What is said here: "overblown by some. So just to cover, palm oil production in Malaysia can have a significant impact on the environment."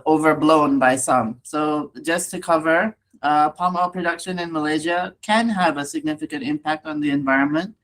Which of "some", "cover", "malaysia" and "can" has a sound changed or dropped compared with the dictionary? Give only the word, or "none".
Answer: none